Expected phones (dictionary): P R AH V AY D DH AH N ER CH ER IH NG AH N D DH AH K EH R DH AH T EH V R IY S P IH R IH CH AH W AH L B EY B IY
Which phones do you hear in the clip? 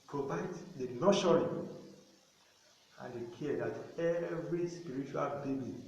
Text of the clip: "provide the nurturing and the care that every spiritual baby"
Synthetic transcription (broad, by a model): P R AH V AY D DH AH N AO SH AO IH AH N D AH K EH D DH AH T EH V R IY S P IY R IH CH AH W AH L B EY B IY